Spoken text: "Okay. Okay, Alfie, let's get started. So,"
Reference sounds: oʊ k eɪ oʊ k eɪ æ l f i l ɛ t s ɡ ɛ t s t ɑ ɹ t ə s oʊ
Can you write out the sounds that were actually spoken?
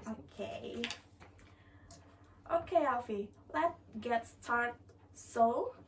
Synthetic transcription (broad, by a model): oʊ k eɪ oʊ k eɪ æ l f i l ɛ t ɡ ɛ t s t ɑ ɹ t s oʊ